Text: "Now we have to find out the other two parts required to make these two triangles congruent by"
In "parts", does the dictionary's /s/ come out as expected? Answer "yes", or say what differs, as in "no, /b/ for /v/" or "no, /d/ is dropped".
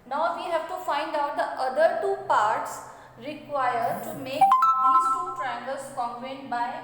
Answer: yes